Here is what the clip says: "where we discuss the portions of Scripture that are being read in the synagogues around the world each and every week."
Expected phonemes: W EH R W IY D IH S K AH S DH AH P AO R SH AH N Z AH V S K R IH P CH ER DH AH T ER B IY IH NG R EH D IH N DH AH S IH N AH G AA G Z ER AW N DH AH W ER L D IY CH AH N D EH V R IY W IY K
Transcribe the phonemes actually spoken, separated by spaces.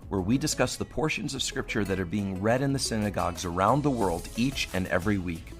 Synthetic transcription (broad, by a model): W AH R W IY D IH S K AH S DH AH P AO R SH AH N Z AH V S K R IH P CH ER DH AH T ER B IY IH NG R EH D IH N DH AH S IH N AH G AA G Z ER AW N DH AH W ER L D IY CH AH N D EH V R IY W IY K